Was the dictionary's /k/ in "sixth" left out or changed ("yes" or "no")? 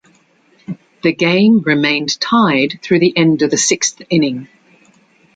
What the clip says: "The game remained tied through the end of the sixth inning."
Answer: no